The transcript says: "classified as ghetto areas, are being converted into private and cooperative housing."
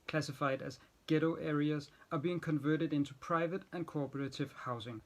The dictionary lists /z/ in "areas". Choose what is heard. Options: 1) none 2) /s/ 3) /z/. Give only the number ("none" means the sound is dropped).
3